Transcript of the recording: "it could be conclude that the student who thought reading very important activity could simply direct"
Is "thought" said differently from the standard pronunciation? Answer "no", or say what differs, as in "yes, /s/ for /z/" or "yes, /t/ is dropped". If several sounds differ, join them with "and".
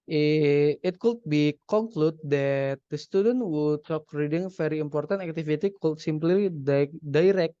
yes, /t/ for /θ/